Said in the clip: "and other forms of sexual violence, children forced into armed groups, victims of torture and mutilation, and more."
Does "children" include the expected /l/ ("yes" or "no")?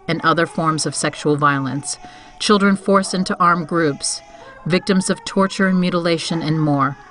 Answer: yes